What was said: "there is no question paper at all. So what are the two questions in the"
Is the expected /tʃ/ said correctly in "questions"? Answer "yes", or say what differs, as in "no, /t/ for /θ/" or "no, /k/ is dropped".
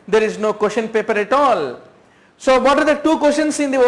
no, /ʃ/ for /tʃ/